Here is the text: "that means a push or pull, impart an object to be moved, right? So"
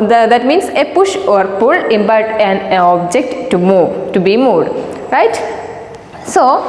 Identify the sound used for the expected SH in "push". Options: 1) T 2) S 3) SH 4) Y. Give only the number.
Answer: 3